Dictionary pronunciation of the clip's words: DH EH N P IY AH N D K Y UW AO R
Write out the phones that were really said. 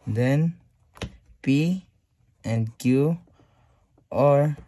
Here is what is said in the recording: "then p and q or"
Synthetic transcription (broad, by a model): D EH N P IY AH N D K Y UW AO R